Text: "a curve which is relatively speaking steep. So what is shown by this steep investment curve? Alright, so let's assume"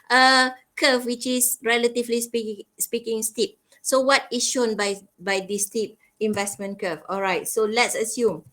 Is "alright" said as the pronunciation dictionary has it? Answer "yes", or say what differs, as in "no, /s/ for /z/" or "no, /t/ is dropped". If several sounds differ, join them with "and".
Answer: yes